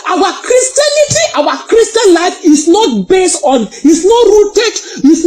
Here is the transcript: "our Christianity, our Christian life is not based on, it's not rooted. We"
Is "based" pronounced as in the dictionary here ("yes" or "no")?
yes